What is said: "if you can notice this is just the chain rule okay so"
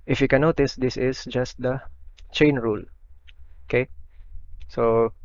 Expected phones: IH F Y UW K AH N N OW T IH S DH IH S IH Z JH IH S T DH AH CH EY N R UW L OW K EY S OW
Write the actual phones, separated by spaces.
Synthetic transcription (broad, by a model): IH F Y UW K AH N N OW T IH S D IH S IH S JH IH S T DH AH CH EY N R UW L OW K EY S OW